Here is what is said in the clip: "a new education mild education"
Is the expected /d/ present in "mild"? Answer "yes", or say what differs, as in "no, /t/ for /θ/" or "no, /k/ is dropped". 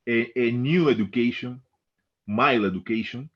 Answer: no, /d/ is dropped